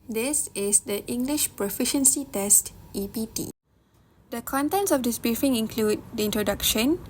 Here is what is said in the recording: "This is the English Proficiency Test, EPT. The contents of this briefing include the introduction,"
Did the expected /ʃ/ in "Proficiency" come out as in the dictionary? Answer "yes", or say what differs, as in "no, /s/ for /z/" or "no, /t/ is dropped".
yes